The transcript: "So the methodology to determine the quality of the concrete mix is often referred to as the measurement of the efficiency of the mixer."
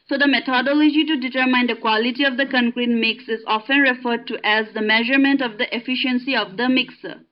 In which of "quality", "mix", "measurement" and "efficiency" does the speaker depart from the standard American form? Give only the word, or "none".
none